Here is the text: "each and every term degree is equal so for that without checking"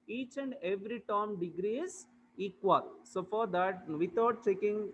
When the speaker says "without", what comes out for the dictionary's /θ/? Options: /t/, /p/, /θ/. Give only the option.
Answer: /t/